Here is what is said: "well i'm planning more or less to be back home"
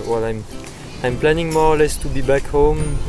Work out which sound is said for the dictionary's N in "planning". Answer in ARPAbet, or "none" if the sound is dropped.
N